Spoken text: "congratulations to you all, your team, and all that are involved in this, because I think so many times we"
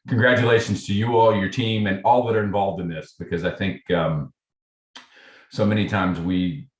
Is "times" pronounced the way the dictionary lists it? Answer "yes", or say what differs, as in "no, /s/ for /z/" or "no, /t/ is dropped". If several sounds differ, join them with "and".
yes